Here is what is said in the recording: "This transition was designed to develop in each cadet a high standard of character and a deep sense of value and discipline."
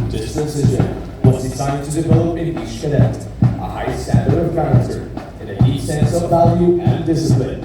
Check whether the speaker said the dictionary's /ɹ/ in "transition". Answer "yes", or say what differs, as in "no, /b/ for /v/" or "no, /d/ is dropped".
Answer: no, /ɹ/ is dropped